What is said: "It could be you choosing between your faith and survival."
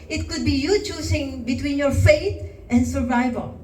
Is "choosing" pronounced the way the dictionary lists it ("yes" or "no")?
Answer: no